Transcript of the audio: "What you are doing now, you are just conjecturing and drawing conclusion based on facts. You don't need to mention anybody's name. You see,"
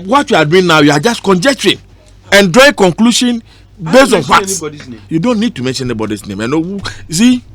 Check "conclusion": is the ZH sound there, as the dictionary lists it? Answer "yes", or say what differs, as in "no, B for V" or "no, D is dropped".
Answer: no, SH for ZH